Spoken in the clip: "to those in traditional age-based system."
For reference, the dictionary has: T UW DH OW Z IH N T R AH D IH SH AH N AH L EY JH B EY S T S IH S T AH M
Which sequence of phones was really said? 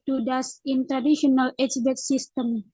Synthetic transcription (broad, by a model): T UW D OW S IH N T R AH D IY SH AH N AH L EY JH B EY T S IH S T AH M